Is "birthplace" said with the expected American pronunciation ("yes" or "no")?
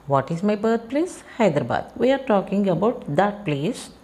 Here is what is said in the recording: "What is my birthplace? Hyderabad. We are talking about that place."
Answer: no